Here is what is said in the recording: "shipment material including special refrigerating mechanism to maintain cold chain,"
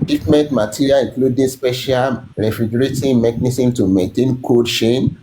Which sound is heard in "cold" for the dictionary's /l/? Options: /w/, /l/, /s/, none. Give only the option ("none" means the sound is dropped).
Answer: none